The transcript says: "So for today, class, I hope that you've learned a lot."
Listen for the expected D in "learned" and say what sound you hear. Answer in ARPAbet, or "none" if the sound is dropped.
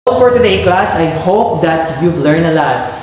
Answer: none